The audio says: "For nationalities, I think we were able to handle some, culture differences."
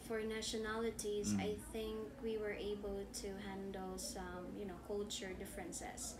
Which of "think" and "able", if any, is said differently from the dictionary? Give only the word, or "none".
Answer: none